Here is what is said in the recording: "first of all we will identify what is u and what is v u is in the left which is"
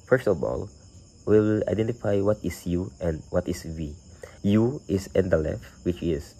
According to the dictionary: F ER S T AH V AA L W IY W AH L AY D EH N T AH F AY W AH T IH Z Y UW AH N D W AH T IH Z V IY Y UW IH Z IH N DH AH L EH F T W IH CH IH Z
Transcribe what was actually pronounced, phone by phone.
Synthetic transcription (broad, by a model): F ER S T AH V AA L W IY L AY D EH N T AH F AY W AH T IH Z Y UW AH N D W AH T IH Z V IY Y UW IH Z IH N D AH L EH F T W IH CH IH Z